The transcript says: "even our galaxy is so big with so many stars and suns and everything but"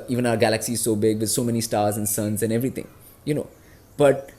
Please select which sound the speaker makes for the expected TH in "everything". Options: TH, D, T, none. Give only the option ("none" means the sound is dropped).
T